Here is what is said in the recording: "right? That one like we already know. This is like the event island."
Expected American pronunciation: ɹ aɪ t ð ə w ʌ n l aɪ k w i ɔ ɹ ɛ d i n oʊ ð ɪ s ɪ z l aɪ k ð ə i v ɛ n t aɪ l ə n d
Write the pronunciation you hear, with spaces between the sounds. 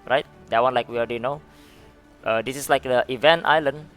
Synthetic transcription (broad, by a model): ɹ aɪ t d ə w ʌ n l aɪ k w i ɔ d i n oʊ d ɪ s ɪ s l aɪ k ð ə i v ɛ n t aɪ l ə n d